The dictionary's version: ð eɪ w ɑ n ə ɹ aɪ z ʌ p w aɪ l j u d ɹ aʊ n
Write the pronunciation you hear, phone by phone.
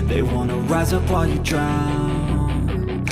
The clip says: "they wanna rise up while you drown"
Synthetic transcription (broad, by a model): ð eɪ w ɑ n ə ɹ aɪ z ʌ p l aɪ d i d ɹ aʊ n